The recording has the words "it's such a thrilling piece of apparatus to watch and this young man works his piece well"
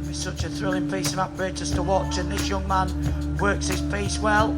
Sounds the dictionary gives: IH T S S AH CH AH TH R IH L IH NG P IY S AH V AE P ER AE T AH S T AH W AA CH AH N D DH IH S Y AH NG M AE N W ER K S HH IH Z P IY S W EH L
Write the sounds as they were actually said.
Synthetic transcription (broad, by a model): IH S S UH CH AH TH R IH L IH NG P IY S AH V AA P ER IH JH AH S T AH W AA CH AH N DH IH S Y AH NG M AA N W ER K S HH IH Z P IY S W EH L